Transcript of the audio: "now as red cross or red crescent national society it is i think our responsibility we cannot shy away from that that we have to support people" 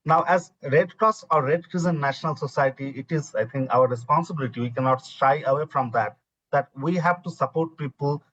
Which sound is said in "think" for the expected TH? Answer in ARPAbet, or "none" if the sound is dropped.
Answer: T